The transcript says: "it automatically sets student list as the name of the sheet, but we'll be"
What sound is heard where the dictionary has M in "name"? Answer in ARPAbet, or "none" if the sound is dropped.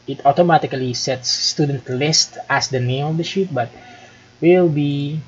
none